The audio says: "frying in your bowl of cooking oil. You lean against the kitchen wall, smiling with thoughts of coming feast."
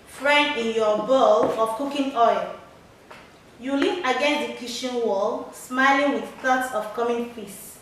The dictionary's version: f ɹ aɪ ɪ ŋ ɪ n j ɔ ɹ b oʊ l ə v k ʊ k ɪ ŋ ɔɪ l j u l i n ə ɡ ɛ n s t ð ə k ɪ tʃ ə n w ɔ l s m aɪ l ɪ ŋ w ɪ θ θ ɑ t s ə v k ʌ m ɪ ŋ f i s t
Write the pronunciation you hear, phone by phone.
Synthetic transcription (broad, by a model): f ɹ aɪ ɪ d ɪ n j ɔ b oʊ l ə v k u k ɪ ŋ ɔɪ l j u l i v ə ɡ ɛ n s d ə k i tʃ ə n w ɔ l s m aɪ l ɪ ŋ w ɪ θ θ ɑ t s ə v k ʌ m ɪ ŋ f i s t